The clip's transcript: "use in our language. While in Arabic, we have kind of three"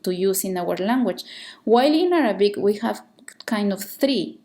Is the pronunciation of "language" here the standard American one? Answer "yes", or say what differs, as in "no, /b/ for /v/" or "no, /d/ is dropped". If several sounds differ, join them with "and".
no, /tʃ/ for /dʒ/